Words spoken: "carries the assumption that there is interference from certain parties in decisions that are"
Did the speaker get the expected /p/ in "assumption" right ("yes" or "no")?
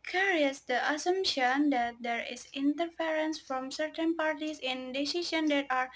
yes